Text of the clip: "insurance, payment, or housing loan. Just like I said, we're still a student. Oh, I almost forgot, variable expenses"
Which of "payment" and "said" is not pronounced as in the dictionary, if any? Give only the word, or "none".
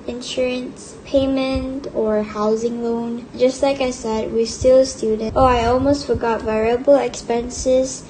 none